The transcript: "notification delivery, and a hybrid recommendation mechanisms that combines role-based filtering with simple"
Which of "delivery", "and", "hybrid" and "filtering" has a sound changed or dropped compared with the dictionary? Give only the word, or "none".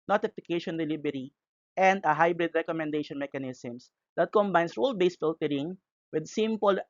delivery